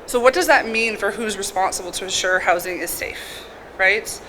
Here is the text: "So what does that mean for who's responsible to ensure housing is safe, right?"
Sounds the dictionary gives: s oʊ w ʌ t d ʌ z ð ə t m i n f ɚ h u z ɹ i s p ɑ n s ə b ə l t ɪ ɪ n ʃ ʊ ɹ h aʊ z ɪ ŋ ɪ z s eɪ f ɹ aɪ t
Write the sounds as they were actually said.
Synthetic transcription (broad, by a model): s oʊ w ʌ t d ʌ z ð ə t m i n f ɚ h u z ɹ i s p ɑ n s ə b l t ɪ ɪ n ʃ ʊ ɹ h aʊ z ɪ ŋ ɪ z s eɪ f ɹ aɪ t